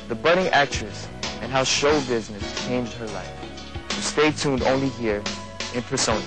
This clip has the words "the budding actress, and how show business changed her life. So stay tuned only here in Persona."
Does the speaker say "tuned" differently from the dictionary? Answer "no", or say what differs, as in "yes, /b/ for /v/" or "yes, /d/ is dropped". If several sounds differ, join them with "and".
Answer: no